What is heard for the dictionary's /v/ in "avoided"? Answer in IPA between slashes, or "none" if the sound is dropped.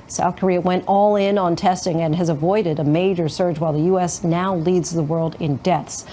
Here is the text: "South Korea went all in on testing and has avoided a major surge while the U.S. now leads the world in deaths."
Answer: /v/